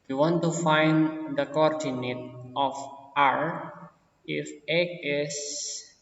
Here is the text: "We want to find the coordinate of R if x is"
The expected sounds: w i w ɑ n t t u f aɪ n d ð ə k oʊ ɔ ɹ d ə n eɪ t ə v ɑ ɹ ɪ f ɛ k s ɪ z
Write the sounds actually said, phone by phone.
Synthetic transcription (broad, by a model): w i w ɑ n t t u f aɪ n d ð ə k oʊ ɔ ɹ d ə n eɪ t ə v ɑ ɹ ɪ f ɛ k ɪ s